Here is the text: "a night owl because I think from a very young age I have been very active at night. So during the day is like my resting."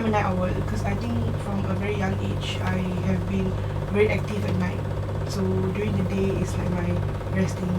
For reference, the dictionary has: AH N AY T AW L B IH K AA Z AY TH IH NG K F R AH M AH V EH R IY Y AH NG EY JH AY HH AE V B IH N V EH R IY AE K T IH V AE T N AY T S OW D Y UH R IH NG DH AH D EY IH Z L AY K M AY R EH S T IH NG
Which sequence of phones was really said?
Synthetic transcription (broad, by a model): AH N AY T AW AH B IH K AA S AY T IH NG K F R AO M AH V EH R IY Y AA NG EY CH AY HH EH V B IH N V EH R IY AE K T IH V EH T N AY T S OW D Y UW R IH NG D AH D EY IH S L AY K M AY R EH S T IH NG